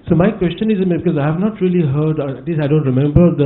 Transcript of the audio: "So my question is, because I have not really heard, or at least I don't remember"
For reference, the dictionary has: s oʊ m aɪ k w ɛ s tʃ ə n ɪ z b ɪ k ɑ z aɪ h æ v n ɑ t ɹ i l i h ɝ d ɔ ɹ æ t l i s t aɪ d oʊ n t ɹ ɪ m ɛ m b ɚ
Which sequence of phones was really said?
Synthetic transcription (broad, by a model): s oʊ m aɪ k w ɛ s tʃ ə n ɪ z b ɪ k ɑ z aɪ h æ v n ɑ t ɹ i l i h ɝ d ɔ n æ t l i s aɪ d oʊ n t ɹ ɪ m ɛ m b ɚ